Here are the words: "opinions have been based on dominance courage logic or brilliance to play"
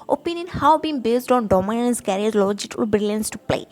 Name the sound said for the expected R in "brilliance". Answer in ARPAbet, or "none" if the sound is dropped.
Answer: R